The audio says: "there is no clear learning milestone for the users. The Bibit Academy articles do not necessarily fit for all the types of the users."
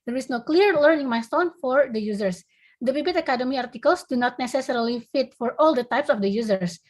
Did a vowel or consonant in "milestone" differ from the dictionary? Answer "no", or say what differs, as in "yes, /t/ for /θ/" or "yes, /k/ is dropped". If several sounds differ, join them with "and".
yes, /l/ is dropped